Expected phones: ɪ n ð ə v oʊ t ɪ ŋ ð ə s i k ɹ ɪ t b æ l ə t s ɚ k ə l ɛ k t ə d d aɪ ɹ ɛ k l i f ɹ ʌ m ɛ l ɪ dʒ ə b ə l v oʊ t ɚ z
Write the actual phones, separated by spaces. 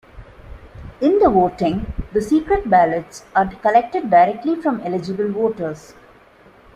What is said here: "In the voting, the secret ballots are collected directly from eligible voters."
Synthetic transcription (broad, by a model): ɪ n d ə v oʊ t ɪ ŋ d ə s i k ɹ ɪ t b æ l ə t s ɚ k ə l ɛ k t ə d d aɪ ɹ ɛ k l i f ɹ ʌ m ɛ l ɪ dʒ ə b ə l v oʊ t ɚ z